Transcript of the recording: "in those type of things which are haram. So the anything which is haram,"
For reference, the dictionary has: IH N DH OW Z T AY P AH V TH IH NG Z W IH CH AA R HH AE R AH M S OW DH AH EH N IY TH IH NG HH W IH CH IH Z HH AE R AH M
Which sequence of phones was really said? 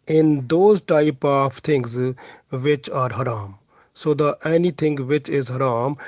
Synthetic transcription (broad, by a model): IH N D OW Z T AY P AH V T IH NG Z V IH CH AA R HH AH R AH M S OW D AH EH N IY T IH NG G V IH CH IH Z HH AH R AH M